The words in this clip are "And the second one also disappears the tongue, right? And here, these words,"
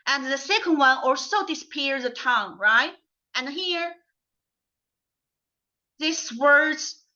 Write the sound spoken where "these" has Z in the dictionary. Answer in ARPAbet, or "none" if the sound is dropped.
S